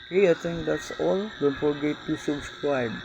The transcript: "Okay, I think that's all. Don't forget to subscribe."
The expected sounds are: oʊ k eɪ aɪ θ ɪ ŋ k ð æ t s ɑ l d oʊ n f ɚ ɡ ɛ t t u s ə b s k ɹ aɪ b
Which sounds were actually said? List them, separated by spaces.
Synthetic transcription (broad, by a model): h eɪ aɪ t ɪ ŋ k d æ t s ɑ l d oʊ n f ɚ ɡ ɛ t t u s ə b s k ɹ aɪ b